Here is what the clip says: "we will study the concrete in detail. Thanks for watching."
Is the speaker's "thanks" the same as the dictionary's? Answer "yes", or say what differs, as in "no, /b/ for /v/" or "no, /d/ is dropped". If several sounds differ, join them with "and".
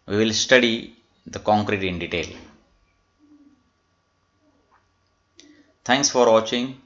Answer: no, /t/ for /θ/